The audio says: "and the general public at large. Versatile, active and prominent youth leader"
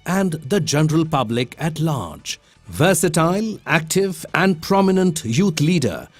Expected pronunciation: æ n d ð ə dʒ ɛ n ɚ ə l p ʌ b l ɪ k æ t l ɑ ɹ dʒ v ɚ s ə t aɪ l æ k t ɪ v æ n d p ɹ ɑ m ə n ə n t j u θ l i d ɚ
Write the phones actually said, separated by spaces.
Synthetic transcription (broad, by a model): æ n d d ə dʒ ɛ n ɚ ə l p ʌ b l ɪ k æ t l ɑ ɹ dʒ v ɚ s ə t aɪ l æ k t ɪ v æ n d p ɹ ɑ m ə n ə n t j u t l i d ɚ